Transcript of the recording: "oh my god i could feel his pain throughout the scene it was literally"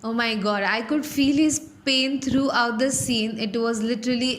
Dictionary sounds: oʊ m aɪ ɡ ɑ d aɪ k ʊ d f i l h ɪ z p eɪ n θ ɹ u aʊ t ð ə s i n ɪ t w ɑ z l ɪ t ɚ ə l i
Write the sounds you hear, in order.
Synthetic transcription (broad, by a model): oʊ m aɪ ɡ ɑ d aɪ k ʊ d f i l h ɪ z p eɪ n t ɹ u aʊ t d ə s i n ɪ t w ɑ z l ɪ t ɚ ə l i